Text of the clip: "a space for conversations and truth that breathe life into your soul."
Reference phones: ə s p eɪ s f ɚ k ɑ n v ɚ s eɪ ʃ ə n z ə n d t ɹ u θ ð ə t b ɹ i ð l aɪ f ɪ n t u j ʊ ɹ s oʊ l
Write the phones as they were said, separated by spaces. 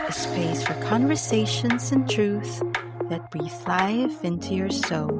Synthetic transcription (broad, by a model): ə s p eɪ s f ɚ k ɑ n v ɚ s eɪ ʃ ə n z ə n t ɹ u θ ð ə t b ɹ i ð l aɪ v ɪ n t u j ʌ ɹ s oʊ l